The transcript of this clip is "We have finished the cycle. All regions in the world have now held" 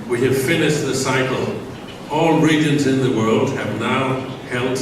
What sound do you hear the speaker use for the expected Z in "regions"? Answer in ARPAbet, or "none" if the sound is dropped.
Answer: Z